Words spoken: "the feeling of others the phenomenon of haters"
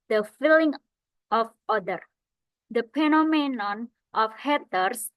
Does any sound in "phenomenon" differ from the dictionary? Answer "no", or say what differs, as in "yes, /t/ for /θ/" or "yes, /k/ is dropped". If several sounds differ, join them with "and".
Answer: yes, /p/ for /f/